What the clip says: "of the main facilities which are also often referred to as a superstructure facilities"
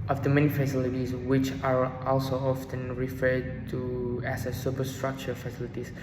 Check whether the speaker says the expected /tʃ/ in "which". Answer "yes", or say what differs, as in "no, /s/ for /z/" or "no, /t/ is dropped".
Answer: yes